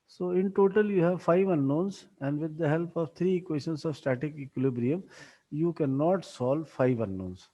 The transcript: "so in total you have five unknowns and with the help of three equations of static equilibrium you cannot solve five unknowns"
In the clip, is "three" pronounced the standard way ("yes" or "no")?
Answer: no